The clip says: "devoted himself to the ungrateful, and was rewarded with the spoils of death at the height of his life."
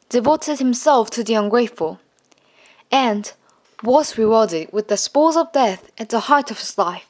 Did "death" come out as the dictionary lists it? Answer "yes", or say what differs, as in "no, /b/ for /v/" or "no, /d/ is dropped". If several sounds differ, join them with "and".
yes